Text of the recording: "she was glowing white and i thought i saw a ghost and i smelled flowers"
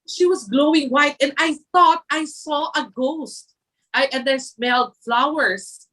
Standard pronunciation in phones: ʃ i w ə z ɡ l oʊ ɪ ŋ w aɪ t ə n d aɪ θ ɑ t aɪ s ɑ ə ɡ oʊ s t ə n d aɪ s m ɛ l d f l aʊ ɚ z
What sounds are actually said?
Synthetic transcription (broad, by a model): ʃ i w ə s ɡ l oʊ ɪ ŋ w aɪ t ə n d aɪ θ ɑ t aɪ s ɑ ə ɡ oʊ s t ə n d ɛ s m ɛ l d f l aʊ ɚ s